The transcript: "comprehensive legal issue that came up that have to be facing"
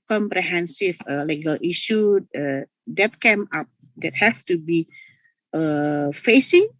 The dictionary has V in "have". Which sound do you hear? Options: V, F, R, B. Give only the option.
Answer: F